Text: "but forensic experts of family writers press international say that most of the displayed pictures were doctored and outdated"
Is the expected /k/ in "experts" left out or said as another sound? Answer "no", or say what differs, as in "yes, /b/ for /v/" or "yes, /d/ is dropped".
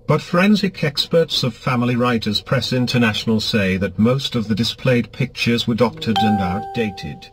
no